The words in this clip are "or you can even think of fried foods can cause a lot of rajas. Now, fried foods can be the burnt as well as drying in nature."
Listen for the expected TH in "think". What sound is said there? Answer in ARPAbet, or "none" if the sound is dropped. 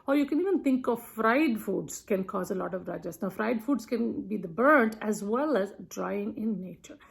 T